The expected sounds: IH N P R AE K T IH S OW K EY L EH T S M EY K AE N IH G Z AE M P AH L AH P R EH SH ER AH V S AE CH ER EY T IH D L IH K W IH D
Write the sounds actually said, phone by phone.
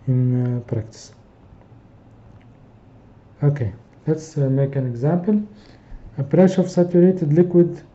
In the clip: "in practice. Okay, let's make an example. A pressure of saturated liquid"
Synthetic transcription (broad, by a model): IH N P R AE K T IH S OW K EY L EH T S M EY K AE N IH G Z AE M P AH L AH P R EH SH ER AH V S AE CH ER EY T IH D L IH K W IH D